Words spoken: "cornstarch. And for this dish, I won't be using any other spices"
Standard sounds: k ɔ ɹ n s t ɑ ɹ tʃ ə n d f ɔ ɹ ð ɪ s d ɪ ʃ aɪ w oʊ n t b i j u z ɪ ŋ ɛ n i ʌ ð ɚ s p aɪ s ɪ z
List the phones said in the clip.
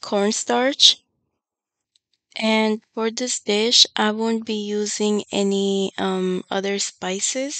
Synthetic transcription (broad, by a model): k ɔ ɹ n s t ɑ ɹ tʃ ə n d f ɔ ɹ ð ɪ s d ɪ ʃ aɪ w oʊ n t b i j u z ɪ ŋ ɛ n i ʌ ð ɚ s p aɪ s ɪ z